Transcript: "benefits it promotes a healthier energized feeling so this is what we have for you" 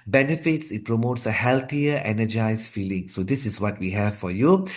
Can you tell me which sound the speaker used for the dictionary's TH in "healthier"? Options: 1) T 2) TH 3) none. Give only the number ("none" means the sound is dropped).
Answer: 1